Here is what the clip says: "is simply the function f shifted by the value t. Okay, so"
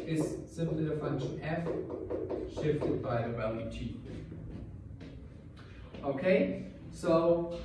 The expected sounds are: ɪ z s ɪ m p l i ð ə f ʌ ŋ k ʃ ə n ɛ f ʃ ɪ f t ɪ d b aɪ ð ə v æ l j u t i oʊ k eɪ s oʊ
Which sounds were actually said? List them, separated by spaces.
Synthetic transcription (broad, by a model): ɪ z s ɪ m p l i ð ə f ʌ ŋ k ʃ ə n ɛ f ʃ ɪ f t ɪ d b aɪ ð ə w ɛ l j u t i oʊ k eɪ s oʊ